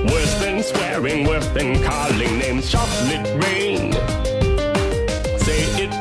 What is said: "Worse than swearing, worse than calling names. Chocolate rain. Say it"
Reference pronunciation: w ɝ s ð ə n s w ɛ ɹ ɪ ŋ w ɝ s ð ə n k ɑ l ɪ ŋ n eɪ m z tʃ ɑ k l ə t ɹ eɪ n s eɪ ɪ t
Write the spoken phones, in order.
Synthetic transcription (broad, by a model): w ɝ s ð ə n s w ɛ ɹ ɪ ŋ w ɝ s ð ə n k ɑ l ɪ ŋ n eɪ m z ʃ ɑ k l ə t ɹ eɪ n s eɪ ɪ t